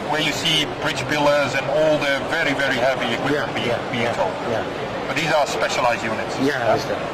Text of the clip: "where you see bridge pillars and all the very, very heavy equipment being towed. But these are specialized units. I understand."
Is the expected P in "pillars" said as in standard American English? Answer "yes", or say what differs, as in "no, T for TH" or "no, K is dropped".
no, B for P